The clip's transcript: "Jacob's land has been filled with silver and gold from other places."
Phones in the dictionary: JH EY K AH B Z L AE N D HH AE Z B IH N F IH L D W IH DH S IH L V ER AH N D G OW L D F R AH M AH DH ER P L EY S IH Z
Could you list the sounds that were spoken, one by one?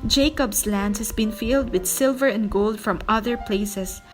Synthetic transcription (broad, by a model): JH EY K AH B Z L AE N D HH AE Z B IH N F IH L D W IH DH S IH L V ER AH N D G OW L D F R AH M AH DH ER P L EY S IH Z